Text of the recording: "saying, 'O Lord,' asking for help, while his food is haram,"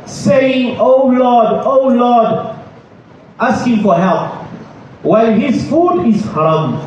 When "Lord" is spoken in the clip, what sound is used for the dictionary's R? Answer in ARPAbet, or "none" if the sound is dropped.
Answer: L